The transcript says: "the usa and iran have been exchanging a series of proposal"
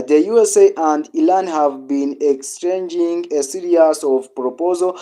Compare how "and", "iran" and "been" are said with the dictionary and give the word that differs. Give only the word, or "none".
iran